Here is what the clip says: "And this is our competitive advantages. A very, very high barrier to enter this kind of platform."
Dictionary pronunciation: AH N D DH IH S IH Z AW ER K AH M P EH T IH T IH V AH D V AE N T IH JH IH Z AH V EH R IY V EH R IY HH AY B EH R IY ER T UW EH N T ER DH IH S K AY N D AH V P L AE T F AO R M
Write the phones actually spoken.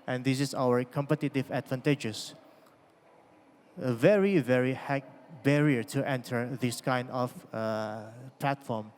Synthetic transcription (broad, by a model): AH N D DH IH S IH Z AW ER K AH M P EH T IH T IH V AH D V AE N T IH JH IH S AH V EH R IY V EH R IY HH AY B EH R IY ER T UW EH N T ER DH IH S K AY N D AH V P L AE T F AO R M